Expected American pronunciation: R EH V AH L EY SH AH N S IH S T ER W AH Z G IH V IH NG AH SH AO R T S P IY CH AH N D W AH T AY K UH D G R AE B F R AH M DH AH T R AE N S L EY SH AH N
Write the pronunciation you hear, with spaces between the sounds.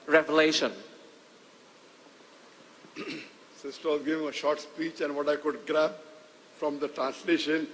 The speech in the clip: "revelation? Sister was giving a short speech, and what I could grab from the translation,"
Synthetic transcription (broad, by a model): R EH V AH L EY SH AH N S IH S T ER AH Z G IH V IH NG AH SH AO R T S P IY CH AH N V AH T AY K UH D G R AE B F R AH M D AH T R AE N S L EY SH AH N